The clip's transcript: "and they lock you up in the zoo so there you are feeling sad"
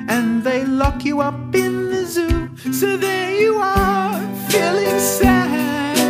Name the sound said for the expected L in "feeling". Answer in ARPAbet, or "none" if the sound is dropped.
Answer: L